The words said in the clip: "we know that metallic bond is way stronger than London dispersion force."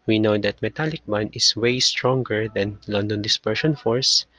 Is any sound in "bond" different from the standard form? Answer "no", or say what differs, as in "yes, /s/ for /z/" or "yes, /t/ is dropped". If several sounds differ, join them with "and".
yes, /d/ is dropped